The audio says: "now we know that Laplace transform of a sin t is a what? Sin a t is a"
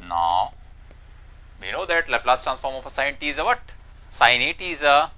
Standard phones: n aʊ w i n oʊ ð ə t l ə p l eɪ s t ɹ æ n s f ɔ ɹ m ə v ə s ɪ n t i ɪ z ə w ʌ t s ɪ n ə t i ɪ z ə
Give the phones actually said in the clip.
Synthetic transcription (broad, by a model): n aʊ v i n oʊ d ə t l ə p l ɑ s t ɹ æ n s f ɔ ɹ m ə f ə s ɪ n t i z ə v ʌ t s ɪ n ə t i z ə